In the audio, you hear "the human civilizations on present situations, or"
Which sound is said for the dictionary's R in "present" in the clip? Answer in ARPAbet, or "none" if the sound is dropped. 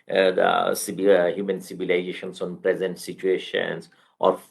R